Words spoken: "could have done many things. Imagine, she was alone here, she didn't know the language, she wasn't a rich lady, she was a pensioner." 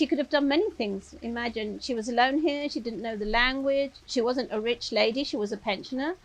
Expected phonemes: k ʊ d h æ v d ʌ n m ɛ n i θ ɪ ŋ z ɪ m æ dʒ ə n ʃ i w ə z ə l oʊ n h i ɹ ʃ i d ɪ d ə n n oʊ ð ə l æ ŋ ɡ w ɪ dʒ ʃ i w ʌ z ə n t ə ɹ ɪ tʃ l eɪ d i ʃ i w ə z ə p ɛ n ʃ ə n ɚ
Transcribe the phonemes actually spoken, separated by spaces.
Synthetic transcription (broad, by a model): k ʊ d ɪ v d ʌ n m ɛ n i θ ɪ ŋ z ɪ m æ dʒ ə n ʃ i w ə z ə l oʊ n h i ɹ ʃ i d ɪ d n n oʊ ð ə l æ ŋ ɡ w ɪ dʒ ʃ i w ʌ z ə n t ə ɹ ɪ tʃ l eɪ d i ʃ i w ə z ə p ɛ n ʃ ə n ɚ